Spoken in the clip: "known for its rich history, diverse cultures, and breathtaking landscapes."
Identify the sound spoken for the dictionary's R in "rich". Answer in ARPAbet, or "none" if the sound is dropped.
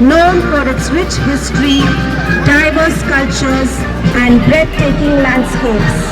W